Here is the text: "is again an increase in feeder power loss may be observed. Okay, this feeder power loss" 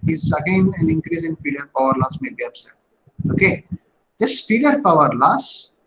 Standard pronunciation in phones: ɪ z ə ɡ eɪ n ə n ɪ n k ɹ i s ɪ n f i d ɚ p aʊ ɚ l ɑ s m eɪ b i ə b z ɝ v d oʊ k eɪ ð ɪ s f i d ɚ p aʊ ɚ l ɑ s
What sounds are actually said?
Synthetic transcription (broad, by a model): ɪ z ə ɡ eɪ n ə n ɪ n k ɹ i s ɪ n f i d ɚ p aʊ ɚ l ɑ s m eɪ b i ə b s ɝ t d oʊ k eɪ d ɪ s f i d ɚ p aʊ ɚ l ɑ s